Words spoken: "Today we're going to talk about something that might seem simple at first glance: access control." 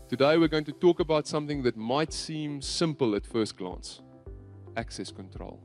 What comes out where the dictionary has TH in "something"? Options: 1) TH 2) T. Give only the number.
1